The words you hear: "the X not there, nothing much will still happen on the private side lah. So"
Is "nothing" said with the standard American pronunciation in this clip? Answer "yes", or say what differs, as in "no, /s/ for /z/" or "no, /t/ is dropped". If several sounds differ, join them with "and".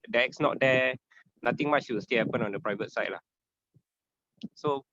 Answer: no, /t/ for /θ/